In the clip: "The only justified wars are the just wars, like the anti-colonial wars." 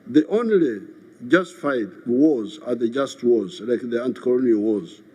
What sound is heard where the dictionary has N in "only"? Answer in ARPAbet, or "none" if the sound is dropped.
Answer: N